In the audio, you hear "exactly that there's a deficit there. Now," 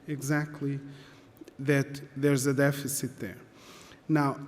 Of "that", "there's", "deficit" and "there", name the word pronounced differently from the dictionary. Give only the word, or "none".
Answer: none